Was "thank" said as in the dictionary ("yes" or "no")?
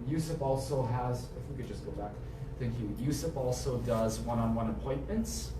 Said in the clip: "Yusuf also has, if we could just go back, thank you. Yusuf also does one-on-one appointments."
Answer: yes